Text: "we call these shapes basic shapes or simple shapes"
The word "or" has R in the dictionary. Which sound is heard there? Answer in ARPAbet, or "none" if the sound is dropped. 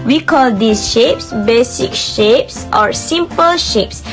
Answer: R